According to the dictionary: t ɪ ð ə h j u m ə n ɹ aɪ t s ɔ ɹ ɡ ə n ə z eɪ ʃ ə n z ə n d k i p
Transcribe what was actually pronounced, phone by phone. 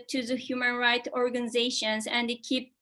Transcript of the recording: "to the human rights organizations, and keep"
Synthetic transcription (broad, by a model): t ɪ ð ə h j u m ə n ɹ aɪ t ɔ ɹ ɡ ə n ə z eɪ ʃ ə n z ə n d k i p